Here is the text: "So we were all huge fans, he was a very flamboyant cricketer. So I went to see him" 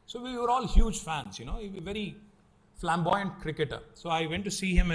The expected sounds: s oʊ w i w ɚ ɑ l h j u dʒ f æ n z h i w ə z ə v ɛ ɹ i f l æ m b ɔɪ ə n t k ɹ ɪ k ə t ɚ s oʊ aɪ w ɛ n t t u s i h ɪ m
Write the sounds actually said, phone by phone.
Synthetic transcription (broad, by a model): s oʊ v i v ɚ ɑ l h j u dʒ f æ n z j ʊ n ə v ə v ɛ ɹ i f l æ m b ɔɪ ə n t k ɹ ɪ k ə t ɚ s oʊ aɪ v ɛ n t t u s i h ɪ m